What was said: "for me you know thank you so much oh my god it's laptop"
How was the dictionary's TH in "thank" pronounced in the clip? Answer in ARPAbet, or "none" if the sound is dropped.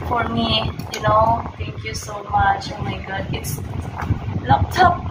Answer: T